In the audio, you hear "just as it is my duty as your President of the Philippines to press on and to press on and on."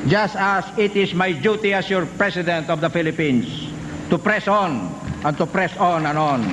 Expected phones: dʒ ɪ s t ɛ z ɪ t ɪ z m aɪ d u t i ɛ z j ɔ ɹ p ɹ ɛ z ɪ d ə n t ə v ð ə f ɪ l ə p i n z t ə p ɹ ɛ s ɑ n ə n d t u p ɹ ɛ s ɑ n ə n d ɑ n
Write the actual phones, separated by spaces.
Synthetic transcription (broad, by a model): dʒ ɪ s t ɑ s ɪ t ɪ s m aɪ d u t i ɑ s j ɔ ɹ p ɹ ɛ s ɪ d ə n t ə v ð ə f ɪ l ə p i n s t ə p ɹ ɛ s ɑ n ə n t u p ɹ ɛ s ɑ n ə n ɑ n